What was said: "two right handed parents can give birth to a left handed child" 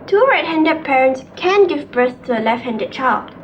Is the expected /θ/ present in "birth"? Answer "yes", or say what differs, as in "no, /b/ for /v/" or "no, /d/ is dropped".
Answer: no, /s/ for /θ/